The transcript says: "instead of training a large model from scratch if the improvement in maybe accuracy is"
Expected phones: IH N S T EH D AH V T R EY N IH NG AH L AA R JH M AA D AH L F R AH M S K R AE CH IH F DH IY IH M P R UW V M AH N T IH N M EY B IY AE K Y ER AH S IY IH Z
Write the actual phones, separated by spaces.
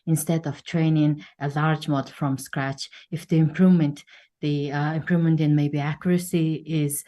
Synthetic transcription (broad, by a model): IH N S T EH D AH V T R EY N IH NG AH L AA R JH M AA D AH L F R AH M S K R AE CH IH F DH IY IH M P R UW V M AH N T IH N M EY B IY AE K Y ER AH S IY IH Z